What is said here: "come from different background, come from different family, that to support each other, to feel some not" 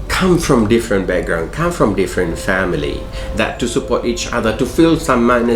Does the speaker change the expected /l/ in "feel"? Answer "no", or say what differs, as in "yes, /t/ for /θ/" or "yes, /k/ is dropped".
no